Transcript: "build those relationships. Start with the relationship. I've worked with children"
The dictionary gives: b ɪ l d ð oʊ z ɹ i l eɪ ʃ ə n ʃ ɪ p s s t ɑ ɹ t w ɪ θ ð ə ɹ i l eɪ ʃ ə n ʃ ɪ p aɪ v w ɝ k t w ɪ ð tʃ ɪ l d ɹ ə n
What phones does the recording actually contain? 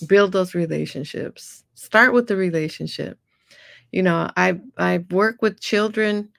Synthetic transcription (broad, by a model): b ɪ l d ð oʊ z ɹ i l eɪ ʃ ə n ʃ ɪ p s s t ɑ ɹ t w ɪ ð ə ɹ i l eɪ ʃ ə n ʃ ɪ p aɪ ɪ w ɝ k w ɪ ð tʃ ɪ l d ɹ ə n